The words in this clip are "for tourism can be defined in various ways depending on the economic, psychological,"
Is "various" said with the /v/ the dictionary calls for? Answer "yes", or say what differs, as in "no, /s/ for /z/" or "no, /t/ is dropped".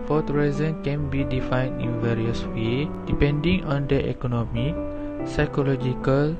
yes